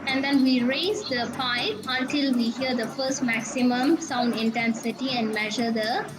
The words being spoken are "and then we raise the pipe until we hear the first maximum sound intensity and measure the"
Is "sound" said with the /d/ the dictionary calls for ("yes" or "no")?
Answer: yes